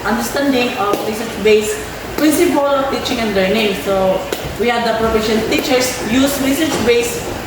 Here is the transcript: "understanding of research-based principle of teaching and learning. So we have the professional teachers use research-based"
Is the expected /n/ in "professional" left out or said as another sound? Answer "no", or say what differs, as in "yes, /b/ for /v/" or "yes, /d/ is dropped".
yes, /n/ is dropped